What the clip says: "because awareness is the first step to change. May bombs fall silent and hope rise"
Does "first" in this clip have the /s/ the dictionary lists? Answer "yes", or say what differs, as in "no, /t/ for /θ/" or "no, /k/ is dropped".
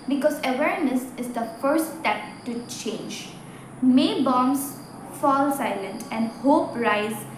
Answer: no, /s/ is dropped